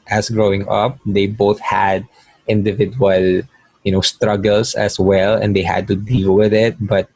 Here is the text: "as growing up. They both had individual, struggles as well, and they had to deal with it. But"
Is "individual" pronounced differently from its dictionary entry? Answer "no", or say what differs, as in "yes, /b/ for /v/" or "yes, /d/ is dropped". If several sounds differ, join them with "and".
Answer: yes, /n/ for /l/